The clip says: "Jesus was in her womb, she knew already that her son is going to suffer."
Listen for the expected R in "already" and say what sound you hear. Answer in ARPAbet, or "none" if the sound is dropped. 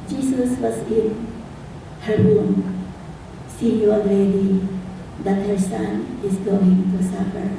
none